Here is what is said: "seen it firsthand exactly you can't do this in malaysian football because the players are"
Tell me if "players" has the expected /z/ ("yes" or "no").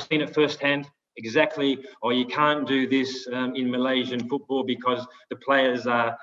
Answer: yes